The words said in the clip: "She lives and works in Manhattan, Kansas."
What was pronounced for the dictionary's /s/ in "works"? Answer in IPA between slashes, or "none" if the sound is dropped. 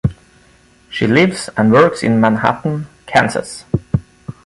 /s/